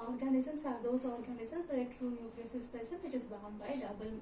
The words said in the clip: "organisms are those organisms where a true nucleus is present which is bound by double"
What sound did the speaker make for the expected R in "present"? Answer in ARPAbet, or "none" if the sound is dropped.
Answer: none